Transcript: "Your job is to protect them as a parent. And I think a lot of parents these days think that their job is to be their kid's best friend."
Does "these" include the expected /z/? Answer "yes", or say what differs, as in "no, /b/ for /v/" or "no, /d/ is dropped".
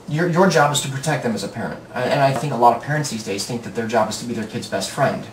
yes